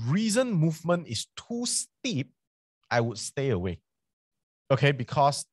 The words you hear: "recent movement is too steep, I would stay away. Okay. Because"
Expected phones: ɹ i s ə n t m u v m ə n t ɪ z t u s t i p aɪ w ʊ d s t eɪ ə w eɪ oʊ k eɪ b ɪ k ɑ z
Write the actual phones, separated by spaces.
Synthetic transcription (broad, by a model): ɹ i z ə n m u v m ə n t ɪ s t u s t i p aɪ w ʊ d s t eɪ ə w eɪ oʊ k eɪ b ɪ k ɑ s